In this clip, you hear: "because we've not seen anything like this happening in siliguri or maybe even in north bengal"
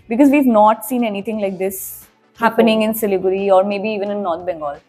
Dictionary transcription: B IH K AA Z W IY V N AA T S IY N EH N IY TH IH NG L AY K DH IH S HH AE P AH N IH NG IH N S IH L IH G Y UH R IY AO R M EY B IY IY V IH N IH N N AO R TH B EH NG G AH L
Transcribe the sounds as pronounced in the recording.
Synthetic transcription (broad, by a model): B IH K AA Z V IY V N AA T S IY N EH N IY T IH NG L AY K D IH S HH AE P AH N IH NG IH N S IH L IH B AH R IY AO R M EY B IY IY V IH N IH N N AO R T B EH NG G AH L